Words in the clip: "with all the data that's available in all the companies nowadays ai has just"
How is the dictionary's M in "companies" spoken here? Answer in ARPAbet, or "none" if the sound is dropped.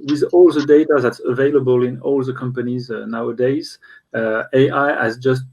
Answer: M